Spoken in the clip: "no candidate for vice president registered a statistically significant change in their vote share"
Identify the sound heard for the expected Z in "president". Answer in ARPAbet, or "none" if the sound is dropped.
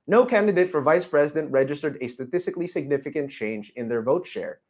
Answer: Z